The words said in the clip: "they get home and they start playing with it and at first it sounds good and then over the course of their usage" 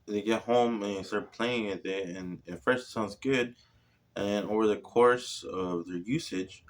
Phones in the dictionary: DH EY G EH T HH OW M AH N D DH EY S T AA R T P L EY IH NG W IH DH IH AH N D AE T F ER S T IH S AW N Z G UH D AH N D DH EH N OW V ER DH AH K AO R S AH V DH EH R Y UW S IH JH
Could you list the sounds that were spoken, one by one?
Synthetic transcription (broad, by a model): DH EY G EH T HH OW M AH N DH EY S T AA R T P L EY IH NG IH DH IH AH N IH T F ER S T S AW N Z G UH D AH N DH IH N OW V ER DH AH K AO R S AH V DH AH R Y UW S IH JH